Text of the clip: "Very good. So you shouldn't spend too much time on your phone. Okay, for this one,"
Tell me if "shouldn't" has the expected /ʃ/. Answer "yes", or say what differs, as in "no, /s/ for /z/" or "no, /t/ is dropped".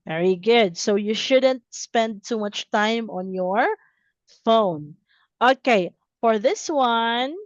yes